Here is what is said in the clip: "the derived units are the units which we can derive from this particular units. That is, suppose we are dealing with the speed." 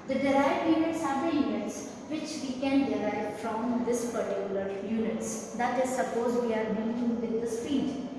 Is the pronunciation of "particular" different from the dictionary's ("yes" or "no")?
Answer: no